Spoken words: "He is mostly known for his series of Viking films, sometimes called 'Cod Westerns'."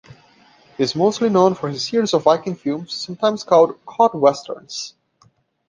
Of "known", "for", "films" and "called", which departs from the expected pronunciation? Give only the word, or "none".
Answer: films